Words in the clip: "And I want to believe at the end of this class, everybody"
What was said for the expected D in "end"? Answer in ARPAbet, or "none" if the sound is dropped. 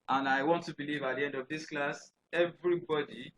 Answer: D